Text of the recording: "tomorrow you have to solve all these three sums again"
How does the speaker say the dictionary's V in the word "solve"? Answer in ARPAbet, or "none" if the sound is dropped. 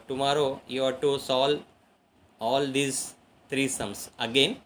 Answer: none